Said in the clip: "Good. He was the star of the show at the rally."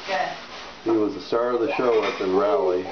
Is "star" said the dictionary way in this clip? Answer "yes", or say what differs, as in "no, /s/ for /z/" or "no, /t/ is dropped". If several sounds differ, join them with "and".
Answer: yes